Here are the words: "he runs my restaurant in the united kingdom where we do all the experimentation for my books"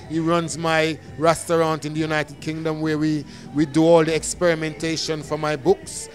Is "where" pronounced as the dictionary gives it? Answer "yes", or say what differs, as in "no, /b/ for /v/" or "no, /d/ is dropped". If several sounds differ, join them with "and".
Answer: no, /w/ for /ɹ/